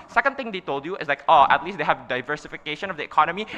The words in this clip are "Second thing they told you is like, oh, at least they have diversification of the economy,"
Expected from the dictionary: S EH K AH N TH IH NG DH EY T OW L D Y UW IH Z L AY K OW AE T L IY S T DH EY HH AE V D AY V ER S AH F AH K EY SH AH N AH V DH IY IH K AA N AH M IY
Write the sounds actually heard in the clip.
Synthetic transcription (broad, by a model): S EH K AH N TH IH NG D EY T OW L D Y UW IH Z L AY K OW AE T L IY S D EY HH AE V D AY V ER S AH F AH K EY SH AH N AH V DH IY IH K AA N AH M IY